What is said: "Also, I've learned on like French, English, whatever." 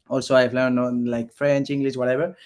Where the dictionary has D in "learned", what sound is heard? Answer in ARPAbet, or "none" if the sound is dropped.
none